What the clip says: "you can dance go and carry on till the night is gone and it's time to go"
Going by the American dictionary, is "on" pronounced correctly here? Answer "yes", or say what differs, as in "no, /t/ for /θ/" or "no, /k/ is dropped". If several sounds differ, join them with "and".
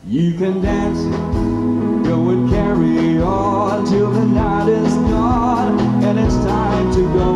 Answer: no, /l/ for /n/